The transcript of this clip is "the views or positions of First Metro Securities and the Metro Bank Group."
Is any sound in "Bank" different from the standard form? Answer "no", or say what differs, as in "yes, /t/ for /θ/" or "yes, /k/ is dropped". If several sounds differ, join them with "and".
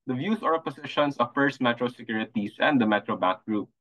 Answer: yes, /ŋ/ is dropped